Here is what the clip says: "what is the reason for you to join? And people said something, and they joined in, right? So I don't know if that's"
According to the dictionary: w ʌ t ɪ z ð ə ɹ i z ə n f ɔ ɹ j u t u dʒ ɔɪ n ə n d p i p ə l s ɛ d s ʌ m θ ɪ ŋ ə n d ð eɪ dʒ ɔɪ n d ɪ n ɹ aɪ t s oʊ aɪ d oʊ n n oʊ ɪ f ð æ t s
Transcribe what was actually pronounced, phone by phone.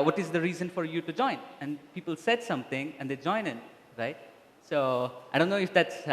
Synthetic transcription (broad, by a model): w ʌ t ɪ z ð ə ɹ i z ə n f ɔ ɹ j u t u dʒ ɔɪ n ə n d p i p ə l s ɛ d s ʌ m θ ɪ ŋ ə n d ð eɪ dʒ ɔɪ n ɪ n ɹ aɪ t s oʊ aɪ d oʊ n n oʊ ɪ f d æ t s